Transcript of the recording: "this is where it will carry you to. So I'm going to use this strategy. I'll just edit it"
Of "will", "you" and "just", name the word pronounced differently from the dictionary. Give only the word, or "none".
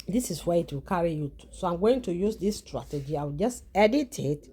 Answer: none